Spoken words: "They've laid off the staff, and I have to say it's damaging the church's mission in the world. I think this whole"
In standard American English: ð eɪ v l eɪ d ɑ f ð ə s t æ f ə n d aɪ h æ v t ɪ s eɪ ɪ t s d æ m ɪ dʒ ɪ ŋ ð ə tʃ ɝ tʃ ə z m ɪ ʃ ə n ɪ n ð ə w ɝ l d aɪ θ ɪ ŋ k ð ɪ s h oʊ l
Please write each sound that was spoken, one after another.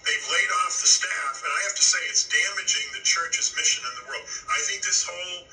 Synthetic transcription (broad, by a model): ð eɪ v l eɪ d ɑ f ð ə s t æ f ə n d aɪ h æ f t ɪ s eɪ ɪ t s d æ m ɪ dʒ ɪ ŋ ð ə tʃ ɝ tʃ ə z m ɪ ʃ ə n ɪ n ð ə w ɝ l d aɪ θ ɪ ŋ k ð ɪ s h oʊ l